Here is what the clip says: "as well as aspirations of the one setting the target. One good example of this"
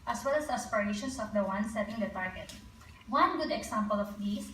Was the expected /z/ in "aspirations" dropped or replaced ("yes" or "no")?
yes